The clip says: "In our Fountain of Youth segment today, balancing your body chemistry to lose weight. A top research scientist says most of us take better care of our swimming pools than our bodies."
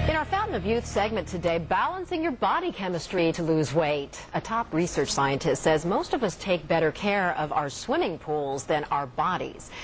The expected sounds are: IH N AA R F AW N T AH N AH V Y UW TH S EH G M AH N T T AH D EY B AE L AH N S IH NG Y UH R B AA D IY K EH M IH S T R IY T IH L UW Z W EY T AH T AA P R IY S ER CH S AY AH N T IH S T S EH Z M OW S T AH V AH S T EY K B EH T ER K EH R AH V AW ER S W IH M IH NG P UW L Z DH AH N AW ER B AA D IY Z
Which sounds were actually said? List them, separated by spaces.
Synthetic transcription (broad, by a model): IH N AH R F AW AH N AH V Y UW TH S EH G M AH N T T AH D EY B AE L AH N S IH NG Y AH R B AA D IY K EH M IH S T R IY T IH L UW Z W EY T AH T AA P R IY S ER CH S AY AH N T IH S T S EH Z M OW S T AH V AH S T EY K B EH T ER K EH R AH V AW ER S W IH M IH NG P UW L Z DH AH N AW ER B AA D IY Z